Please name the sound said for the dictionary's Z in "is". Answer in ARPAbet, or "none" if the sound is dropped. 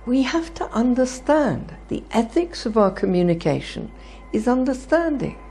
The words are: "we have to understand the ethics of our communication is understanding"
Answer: Z